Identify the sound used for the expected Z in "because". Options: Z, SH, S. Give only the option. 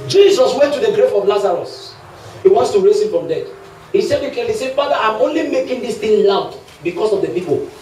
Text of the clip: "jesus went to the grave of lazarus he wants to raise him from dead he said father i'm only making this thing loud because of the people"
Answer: S